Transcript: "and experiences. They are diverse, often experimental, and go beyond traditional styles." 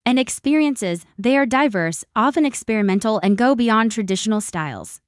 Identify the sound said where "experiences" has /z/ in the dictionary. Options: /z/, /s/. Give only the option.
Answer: /z/